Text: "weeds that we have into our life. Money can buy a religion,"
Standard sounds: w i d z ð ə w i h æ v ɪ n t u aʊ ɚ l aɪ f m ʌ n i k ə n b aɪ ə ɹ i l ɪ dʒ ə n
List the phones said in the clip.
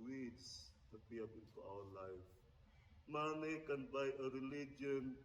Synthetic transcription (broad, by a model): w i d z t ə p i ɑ p ɪ n t u aʊ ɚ l aɪ f m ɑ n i k ə n b aɪ ə ɹ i l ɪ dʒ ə n